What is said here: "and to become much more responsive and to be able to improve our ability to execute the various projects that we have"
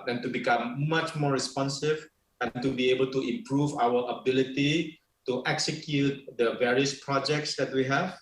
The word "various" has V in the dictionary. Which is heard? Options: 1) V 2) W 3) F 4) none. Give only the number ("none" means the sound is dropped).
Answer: 1